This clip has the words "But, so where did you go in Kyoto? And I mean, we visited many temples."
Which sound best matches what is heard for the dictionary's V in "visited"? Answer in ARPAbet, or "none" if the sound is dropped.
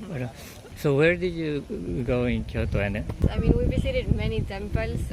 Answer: B